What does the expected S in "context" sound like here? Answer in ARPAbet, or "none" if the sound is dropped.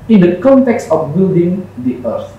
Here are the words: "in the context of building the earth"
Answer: S